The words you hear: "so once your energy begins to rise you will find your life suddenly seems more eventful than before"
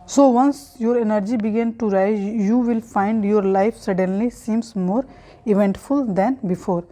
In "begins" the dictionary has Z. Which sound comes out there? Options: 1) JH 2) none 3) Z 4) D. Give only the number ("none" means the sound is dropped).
2